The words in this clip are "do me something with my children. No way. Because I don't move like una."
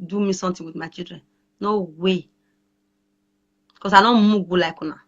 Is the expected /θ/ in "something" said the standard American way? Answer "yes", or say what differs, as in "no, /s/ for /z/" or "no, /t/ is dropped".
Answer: no, /t/ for /θ/